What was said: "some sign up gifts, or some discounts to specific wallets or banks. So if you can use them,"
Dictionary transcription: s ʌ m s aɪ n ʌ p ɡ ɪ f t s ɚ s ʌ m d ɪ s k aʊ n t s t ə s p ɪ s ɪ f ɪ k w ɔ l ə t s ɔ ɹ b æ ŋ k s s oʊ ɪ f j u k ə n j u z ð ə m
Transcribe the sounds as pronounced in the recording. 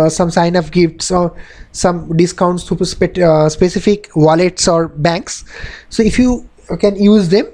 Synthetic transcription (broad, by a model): s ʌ m s aɪ n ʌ f ɡ ɪ f t s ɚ s ʌ m d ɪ s k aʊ n t s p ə s p ɪ s ɪ f ɪ k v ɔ l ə t s ɔ ɹ b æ ŋ k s s oʊ ɪ f j u k ə n j u z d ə m